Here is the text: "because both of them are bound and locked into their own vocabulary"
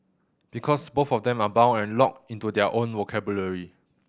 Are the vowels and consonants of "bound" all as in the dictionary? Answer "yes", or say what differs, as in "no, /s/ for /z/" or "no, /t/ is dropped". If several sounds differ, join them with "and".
no, /d/ is dropped